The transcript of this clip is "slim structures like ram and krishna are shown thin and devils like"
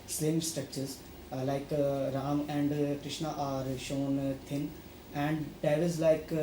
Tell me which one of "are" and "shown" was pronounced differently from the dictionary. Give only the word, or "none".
none